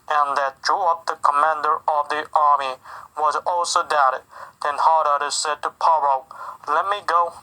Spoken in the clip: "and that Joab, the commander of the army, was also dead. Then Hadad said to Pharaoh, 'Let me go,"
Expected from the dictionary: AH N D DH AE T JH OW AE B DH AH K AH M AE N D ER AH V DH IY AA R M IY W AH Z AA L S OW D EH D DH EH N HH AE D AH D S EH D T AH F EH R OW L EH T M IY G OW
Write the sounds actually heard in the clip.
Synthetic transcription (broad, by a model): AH N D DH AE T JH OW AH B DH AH K AH M AE N D ER AH V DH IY AA R M IY W AH Z AA L S OW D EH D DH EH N HH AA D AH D S EH D T AH P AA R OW L EH T M IY G OW